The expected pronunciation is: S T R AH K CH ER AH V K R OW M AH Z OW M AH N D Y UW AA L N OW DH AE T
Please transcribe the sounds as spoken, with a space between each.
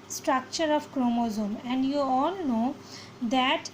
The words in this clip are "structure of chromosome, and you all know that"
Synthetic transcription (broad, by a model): S T R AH K CH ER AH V K R OW M AH Z OW M AH N D Y UW AA L N OW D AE T